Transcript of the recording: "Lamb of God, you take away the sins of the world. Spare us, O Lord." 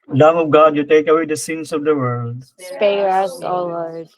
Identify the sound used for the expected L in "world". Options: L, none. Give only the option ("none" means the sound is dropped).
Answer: L